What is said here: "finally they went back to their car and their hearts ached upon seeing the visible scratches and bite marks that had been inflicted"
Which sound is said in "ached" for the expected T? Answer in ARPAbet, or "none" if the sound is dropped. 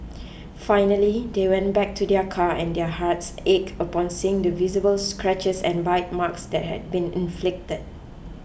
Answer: none